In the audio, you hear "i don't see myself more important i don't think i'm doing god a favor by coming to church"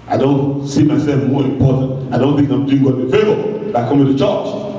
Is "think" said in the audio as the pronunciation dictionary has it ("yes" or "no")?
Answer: yes